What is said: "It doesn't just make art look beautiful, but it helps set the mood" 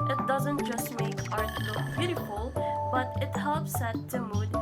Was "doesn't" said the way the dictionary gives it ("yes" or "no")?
yes